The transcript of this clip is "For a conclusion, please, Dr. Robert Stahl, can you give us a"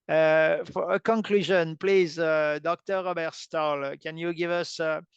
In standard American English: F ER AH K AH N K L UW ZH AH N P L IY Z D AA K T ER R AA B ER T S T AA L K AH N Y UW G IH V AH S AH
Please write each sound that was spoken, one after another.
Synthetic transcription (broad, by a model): F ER AH K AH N K L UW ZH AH N P L IY Z D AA K T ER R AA B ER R S T AA L K AH N Y UW G IH V AH S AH